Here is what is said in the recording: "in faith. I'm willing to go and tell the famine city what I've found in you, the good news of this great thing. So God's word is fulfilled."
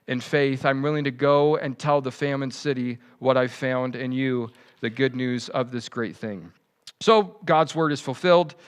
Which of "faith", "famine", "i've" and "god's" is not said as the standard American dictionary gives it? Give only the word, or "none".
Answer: none